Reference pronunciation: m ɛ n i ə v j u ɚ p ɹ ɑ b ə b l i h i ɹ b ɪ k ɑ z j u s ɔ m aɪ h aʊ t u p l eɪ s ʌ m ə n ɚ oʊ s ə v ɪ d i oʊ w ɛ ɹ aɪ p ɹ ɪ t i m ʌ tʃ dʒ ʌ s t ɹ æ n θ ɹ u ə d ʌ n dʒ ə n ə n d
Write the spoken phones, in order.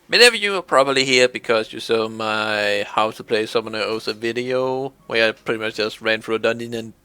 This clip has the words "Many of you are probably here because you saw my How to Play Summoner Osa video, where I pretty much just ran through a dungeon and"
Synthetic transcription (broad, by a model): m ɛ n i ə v j u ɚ p ɹ ɑ b ə b l i h i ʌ b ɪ k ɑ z j u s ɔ m aɪ h aʊ t u p l eɪ s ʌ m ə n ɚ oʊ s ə v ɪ d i oʊ w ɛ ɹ aɪ p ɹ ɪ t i m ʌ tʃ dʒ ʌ s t ɹ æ n f ɹ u d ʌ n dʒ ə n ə n